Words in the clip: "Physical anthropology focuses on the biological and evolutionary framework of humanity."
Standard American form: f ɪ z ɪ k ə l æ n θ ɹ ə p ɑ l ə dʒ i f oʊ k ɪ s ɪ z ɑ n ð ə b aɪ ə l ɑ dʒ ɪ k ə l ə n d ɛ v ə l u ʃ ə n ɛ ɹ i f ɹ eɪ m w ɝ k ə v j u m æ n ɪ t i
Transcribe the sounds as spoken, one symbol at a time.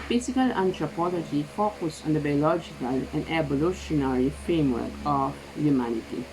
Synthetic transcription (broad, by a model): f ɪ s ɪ k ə l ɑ n t ɹ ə p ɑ l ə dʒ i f oʊ k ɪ s ɑ n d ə b aɪ ə l ɑ dʒ ɪ k ə l ə n d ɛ b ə l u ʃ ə n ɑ ɹ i f ɹ eɪ m w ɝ k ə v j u m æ n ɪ t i